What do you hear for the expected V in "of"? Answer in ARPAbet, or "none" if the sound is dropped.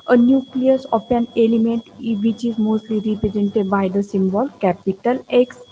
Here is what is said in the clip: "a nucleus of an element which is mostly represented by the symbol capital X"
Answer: P